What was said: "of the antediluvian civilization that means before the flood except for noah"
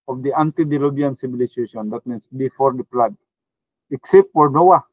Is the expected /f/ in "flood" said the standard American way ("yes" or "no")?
no